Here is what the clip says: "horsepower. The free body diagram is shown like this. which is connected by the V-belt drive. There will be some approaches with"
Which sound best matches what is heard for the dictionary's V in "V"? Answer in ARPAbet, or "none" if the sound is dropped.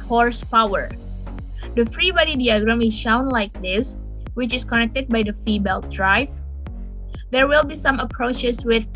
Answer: F